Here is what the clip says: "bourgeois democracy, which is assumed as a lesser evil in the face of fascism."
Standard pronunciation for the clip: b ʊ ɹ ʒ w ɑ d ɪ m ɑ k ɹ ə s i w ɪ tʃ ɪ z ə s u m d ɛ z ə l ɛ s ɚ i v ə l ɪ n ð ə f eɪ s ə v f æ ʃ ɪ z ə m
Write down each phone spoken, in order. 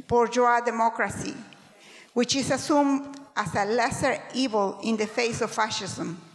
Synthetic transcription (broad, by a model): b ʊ ɹ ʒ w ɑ d ɪ m ɑ k ɹ ə s i w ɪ tʃ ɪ s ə s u m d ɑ s ə l ɛ s ɚ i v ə l ɪ n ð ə f eɪ s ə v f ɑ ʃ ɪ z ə m